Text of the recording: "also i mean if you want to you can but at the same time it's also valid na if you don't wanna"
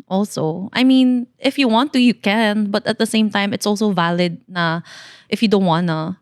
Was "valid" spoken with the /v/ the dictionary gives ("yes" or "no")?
yes